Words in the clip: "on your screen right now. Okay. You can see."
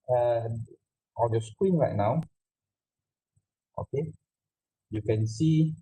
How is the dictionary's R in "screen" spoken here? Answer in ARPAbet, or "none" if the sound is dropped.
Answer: W